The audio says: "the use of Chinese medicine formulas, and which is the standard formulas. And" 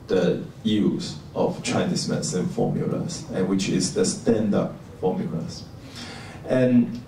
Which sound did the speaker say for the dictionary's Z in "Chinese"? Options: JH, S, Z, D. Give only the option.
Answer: S